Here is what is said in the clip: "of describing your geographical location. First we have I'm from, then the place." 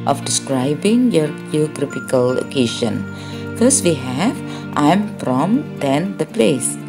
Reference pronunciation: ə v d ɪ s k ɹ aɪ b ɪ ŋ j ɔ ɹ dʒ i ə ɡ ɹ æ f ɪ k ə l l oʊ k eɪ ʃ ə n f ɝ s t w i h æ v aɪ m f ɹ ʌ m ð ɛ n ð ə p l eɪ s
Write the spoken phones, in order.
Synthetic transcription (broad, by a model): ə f d ɪ s k ɹ aɪ b ɪ ŋ j ɔ ɹ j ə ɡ ɹ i p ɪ k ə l l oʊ k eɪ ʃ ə n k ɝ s w i h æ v aɪ m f ɹ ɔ m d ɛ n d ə p l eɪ s